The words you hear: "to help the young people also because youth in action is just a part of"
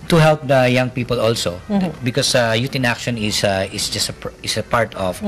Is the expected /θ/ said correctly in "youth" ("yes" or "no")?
no